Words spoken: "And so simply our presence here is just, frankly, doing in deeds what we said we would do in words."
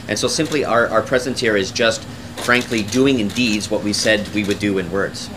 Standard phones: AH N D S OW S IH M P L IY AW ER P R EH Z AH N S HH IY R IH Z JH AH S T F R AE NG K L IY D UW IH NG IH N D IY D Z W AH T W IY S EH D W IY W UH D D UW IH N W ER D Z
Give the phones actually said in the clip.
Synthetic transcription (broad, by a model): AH N S OW S IH M P L IY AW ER P R EH Z AH N S HH IY R IH Z JH AH S T F R AE NG K L IY D UW IH NG IH N D IY D Z W AH T W IY S EH D W IY W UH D D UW IH N W ER D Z